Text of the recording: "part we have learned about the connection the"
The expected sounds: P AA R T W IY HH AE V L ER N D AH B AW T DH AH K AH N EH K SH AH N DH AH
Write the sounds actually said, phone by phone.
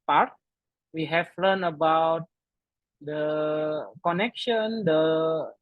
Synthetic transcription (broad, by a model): P AA R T W IY HH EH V L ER N AH B AW T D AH K AH N EH K SH AH N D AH